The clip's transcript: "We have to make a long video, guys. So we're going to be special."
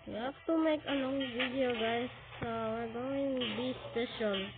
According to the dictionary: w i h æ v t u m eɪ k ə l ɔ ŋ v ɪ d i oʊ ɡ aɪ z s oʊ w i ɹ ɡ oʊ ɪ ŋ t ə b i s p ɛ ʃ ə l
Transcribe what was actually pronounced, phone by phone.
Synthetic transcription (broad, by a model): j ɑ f t u m eɪ k ə n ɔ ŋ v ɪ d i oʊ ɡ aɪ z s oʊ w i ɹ ɡ oʊ ɪ ŋ b i s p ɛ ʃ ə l